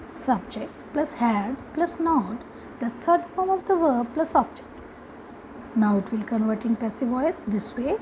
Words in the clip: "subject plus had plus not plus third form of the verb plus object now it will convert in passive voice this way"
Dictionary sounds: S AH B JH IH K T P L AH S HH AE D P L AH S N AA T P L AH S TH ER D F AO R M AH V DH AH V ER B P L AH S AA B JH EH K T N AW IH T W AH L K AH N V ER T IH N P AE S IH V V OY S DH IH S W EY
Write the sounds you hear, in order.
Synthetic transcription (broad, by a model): S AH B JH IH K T P L AH S HH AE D P L AH S N AA T P L AH S T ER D F AO R M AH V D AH V ER B P L AH S AA B JH EH K T N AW IH T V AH L K AH N V ER T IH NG P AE S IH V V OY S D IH S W EY